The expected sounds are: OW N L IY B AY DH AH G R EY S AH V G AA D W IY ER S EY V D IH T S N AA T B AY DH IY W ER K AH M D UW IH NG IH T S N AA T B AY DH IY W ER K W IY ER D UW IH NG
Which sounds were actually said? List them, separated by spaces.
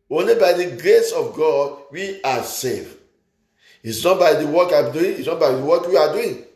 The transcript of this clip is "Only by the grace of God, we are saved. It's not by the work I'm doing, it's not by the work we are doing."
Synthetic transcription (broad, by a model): OW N L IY B AY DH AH G R EY S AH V G AA D W IY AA S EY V IH T S N AA T B AY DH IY W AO K AH M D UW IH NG IH T S N AA T B AY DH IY W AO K W IY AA D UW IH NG